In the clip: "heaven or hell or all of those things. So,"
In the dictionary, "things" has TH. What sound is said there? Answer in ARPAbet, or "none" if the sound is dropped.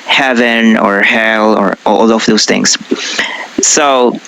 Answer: TH